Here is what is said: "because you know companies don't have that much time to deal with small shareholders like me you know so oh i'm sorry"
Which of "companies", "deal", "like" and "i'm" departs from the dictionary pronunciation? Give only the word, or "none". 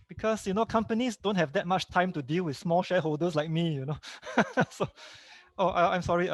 companies